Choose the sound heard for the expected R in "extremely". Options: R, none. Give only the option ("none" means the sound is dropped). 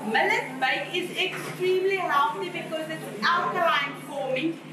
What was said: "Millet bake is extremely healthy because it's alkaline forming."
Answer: R